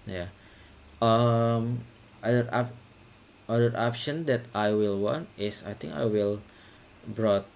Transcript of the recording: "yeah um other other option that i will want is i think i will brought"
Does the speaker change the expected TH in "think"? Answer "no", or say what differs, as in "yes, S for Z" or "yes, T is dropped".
yes, T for TH